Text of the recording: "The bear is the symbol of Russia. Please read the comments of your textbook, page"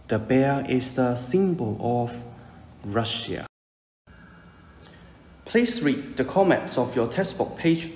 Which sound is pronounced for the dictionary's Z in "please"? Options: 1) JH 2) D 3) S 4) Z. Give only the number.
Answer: 3